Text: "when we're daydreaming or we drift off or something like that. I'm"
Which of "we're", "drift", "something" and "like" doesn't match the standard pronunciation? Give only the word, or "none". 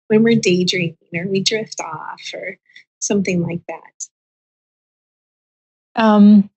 none